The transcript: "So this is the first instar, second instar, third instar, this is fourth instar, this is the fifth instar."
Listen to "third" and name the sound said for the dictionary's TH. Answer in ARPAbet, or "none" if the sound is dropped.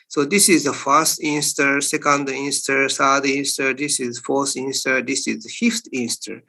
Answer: S